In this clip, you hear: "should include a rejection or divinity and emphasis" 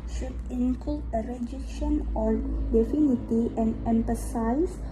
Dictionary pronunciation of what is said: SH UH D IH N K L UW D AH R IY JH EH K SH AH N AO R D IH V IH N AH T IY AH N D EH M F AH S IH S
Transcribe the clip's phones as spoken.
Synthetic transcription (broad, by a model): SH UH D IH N K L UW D AH R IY JH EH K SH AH N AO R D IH F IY N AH T IY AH N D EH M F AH S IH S